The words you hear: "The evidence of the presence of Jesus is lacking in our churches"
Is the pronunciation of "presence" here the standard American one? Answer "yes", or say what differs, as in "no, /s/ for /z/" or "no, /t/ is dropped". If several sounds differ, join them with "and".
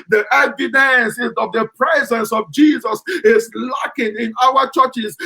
yes